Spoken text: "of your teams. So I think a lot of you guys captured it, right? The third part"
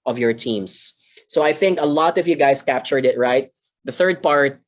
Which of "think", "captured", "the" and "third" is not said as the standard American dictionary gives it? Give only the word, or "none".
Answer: none